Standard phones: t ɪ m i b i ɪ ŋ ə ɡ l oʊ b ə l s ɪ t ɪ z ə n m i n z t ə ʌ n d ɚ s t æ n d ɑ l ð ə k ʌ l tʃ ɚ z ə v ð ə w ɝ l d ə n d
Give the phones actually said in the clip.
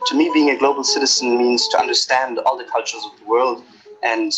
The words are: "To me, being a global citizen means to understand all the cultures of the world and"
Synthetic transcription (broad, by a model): t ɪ m i b i ɪ ŋ ə ɡ l oʊ b l s ɪ t ɪ z ə n m i n z t ə ʌ n d ɚ s t æ n d ɑ l ð ə k ʌ l tʃ ɚ z ə v ð ə w ɝ l d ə n